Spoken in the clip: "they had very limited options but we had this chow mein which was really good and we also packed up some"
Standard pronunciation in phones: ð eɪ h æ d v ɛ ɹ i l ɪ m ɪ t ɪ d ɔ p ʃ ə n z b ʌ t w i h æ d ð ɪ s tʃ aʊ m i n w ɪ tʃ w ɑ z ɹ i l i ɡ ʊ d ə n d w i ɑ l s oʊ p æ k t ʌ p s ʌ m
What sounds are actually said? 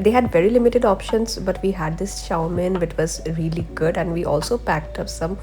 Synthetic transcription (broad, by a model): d eɪ h æ d v ɛ ɹ i l ɪ m ɪ t ɪ d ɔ p ʃ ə n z b ʌ t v i h æ d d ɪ s ʃ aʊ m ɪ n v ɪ tʃ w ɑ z ɹ i l i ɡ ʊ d ə n d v i ɑ l s oʊ p æ k t ʌ p s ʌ m